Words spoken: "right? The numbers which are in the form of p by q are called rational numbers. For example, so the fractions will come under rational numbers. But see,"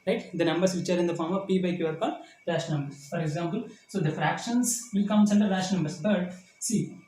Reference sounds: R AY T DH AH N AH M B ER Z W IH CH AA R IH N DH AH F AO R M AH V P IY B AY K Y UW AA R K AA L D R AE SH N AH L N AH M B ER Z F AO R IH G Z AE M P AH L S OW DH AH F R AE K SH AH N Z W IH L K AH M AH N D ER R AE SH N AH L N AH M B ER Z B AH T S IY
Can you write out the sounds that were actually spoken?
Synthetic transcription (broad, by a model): R AY T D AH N AH M B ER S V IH CH AA R IH N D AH F AO R M AH V P IY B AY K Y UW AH R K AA D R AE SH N N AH M B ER S F AO R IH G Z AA M P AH L S OW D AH F R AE K SH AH N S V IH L K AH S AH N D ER L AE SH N N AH M B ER S B AH T S IY